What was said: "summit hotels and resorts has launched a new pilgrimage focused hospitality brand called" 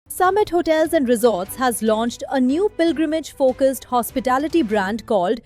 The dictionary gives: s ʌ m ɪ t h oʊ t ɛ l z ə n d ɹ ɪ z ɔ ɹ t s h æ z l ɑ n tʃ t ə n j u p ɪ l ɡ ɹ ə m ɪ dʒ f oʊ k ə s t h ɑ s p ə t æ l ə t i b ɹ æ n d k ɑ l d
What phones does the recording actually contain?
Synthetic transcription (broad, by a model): s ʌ m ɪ t h oʊ t ɛ l z ə n d ɹ ɪ z ɔ ɹ t s h æ z l ɑ n tʃ t ə n j u p ɪ l ɡ ɹ ə m ɪ dʒ f oʊ k ə s t h ɑ s p ə t æ l ə t i b ɹ æ n d k ɑ l d